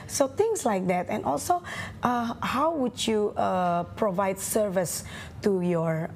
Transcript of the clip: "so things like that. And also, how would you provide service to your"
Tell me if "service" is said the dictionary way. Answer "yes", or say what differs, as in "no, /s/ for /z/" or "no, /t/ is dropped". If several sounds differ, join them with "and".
yes